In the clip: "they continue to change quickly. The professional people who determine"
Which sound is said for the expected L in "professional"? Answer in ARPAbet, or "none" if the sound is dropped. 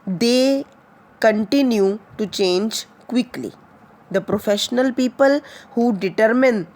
L